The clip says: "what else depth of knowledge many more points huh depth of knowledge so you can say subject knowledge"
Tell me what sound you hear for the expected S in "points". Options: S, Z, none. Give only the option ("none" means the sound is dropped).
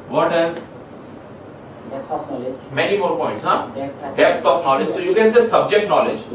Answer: S